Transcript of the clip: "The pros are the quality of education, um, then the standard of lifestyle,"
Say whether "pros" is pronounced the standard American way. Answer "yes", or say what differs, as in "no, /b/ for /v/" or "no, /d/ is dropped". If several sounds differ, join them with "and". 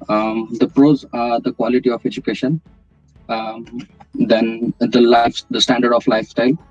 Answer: yes